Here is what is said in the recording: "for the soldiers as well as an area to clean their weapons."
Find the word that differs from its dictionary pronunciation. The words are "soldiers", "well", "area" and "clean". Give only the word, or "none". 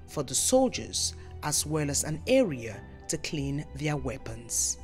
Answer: none